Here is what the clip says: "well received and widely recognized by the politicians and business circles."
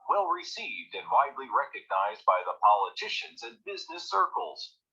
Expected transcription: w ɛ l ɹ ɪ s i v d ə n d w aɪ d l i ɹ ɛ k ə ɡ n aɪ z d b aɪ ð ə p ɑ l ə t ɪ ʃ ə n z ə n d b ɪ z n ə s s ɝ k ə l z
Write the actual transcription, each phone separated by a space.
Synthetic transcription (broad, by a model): w ɛ l ɹ ɪ s i v d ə n w aɪ d l i ɹ ɛ k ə ɡ n aɪ z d b aɪ ð ə p ɑ l ə t ɪ ʃ ə n z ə n b ɪ z n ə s s ɝ k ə l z